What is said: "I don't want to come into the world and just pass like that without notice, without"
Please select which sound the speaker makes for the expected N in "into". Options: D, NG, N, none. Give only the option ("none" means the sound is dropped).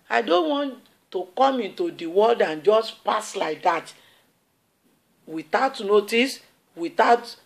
N